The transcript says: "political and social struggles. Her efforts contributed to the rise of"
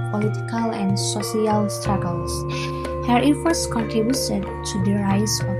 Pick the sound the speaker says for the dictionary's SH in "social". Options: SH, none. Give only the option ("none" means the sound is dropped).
none